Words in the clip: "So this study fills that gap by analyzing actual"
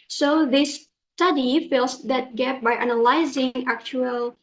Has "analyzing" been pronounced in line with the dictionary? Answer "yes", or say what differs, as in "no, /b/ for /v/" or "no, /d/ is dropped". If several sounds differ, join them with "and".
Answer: yes